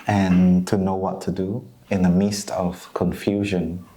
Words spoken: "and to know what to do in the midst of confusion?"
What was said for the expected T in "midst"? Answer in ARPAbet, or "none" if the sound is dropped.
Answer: T